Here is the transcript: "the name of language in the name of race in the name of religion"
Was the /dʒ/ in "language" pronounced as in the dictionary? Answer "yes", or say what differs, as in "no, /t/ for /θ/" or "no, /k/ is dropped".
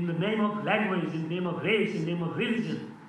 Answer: no, /z/ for /dʒ/